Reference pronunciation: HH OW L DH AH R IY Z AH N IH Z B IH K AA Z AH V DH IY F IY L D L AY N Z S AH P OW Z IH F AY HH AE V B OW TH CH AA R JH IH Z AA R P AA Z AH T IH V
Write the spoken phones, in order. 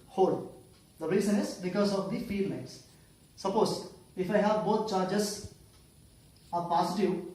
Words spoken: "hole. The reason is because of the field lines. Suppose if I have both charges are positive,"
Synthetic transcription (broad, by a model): HH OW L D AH R IY Z AH N IH Z B IH K AA Z AH V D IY F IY D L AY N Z S AH P OW Z IH F AY HH AE V B OW T CH AA R JH IH Z AA R P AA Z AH T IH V